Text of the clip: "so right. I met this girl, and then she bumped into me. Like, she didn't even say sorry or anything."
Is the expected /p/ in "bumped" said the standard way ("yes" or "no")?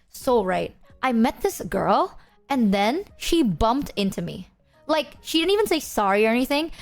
yes